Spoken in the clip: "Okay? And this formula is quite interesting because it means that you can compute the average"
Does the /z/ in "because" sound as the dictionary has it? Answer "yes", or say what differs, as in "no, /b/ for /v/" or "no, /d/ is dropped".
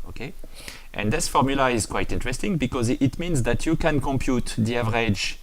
yes